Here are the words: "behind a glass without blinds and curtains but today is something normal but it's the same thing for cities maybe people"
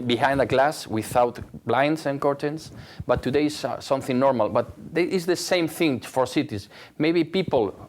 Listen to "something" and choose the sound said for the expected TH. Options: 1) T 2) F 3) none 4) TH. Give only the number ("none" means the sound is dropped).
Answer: 4